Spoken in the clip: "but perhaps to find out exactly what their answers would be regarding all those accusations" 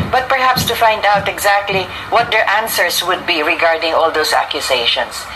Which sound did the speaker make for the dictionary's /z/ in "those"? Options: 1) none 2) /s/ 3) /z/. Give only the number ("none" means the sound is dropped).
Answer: 2